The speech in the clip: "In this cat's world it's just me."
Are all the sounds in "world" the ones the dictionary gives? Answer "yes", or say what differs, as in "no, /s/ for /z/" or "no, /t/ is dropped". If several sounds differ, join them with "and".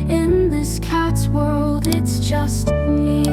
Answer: yes